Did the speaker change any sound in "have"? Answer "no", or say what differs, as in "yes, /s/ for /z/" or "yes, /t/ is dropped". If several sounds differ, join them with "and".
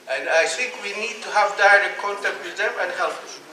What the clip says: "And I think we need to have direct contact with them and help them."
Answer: no